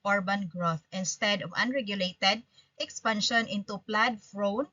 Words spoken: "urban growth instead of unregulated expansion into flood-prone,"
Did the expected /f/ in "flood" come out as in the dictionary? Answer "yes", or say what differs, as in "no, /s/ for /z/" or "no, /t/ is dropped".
no, /p/ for /f/